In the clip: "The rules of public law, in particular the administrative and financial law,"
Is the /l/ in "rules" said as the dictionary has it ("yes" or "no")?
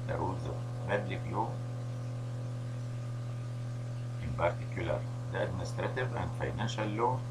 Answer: no